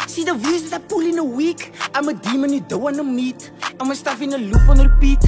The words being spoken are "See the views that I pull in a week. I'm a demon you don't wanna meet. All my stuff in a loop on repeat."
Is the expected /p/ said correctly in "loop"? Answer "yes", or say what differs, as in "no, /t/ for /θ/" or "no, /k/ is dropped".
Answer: no, /f/ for /p/